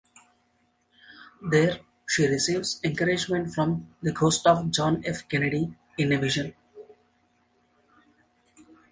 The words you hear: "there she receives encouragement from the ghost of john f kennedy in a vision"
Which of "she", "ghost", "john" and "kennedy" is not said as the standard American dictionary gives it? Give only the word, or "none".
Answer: none